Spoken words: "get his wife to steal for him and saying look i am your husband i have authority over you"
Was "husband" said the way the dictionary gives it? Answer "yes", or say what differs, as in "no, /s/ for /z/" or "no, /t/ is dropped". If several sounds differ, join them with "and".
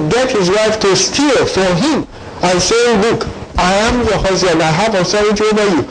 no, /b/ is dropped